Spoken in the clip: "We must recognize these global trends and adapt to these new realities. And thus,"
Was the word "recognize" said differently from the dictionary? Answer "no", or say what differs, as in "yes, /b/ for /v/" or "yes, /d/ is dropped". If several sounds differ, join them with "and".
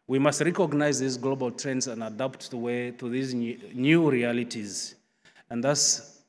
no